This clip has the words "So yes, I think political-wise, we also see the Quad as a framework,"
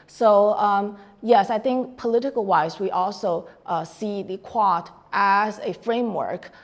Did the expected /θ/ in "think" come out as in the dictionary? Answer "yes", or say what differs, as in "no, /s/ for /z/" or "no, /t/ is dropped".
yes